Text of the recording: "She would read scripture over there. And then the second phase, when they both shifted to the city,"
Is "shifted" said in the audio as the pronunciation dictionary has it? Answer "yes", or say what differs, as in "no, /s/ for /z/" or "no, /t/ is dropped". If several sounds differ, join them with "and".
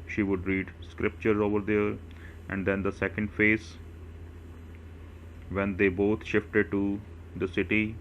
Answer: yes